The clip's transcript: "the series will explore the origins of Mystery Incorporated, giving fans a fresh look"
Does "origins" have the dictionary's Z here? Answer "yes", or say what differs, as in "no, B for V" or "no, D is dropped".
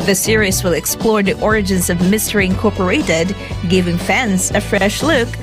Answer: yes